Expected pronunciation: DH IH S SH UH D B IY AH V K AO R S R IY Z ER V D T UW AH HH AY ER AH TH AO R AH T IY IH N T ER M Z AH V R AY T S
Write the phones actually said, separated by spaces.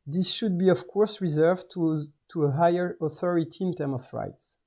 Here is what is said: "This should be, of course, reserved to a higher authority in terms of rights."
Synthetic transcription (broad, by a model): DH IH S SH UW D B IY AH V K AO R S R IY Z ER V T T UW AH HH AY ER AH TH AO R AH T IY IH N T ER M AH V R AY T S